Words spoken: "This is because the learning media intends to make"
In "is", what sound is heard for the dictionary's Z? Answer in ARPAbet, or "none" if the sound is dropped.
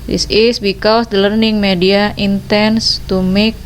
S